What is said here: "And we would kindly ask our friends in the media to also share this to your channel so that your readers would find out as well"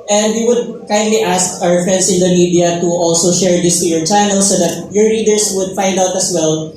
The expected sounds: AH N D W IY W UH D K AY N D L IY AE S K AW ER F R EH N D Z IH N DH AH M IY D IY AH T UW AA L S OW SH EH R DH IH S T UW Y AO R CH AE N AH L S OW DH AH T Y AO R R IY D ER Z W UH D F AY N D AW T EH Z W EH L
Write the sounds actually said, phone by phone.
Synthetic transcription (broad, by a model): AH N D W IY W UH D K AY N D L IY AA S K AW ER F R EH N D S IH N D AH M IY D IY AH T UW AA L S OW SH EH R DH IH S T UW Y AO R CH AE N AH L S OW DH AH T Y AO R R IY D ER S W UH D F AY N D AW T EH S W EH L